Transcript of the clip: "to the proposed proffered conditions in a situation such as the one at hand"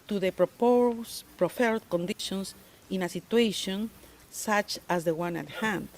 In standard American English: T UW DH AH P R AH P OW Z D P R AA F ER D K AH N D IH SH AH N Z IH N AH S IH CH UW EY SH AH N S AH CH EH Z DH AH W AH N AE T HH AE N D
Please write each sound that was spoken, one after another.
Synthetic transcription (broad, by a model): T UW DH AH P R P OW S P R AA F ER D K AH N D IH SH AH N S IH N AH S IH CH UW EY SH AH N S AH CH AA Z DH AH W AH N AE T HH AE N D